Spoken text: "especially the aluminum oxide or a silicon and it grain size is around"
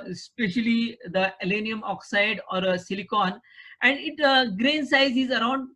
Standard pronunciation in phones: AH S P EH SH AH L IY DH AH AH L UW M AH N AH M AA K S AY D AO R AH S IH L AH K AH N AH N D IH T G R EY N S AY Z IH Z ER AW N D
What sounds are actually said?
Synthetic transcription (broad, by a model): S P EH SH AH L IY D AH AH L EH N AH AH M AA K S AY D AO R AH S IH L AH K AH N AH N D IH T G R EY N S AY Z IH Z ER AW N D